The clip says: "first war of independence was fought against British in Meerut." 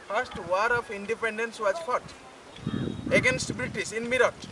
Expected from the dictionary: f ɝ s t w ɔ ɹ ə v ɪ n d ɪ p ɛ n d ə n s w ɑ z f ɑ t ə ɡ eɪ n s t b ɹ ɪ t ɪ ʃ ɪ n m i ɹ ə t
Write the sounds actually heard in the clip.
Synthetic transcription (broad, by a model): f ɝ s t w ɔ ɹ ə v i n d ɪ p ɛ n d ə n s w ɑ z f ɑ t ə ɡ eɪ n s t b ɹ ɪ t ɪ s ɪ n m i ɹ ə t